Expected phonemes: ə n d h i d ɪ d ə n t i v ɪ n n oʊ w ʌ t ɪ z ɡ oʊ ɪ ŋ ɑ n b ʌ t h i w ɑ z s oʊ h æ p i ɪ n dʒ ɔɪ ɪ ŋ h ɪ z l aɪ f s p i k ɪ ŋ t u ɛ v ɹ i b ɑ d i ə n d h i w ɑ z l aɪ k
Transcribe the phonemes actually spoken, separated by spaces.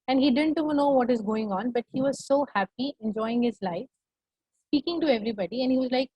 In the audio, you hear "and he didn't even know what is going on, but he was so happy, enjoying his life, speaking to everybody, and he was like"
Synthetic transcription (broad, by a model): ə n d h i d ɪ d ə n t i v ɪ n n oʊ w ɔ t ɪ z ɡ oʊ ɪ ŋ ɑ n b ʌ t h i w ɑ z s oʊ h æ p i ɪ n dʒ ɔɪ ɪ ŋ h ɪ z l aɪ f s p i k ɪ ŋ t u ɛ v ɹ i b ɑ d i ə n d h i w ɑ z l aɪ k